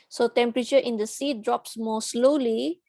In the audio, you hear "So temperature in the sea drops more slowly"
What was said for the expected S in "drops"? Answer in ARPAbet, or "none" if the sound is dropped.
S